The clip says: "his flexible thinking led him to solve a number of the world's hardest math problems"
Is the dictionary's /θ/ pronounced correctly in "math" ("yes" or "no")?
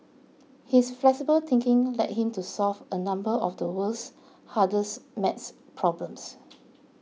no